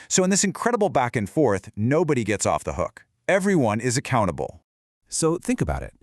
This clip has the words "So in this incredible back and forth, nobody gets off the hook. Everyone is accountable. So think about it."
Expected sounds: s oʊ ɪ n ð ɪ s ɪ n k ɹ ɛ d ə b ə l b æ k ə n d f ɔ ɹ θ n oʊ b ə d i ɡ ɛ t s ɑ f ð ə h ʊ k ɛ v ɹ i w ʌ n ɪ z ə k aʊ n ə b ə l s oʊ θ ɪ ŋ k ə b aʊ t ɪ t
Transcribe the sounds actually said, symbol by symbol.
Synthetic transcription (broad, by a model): s oʊ ɪ n ð ɪ s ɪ n k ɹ ɛ d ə b l b æ k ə n f ɔ ɹ θ n oʊ b ə d i ɡ ɛ t s ɑ f ð ə h ʊ k ɛ v ɹ i w ʌ n ɪ z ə k aʊ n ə b l s oʊ θ ɪ ŋ k ə b aʊ t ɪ t